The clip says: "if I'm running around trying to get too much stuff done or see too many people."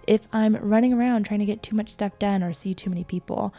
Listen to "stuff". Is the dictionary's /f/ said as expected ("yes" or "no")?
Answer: no